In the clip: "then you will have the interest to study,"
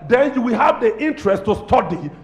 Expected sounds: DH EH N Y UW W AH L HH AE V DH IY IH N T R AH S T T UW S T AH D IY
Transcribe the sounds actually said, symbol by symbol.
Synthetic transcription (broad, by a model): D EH N Y UW W AH L HH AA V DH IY IH N T R AH S T T UW S T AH D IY